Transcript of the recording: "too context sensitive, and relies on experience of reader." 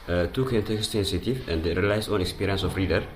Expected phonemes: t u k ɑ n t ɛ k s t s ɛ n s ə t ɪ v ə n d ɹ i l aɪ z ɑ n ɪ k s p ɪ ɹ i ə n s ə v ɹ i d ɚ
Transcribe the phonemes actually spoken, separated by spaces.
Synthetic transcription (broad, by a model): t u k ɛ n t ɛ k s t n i s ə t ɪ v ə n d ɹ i l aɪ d ɑ n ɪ k s p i ɹ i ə n s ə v ɹ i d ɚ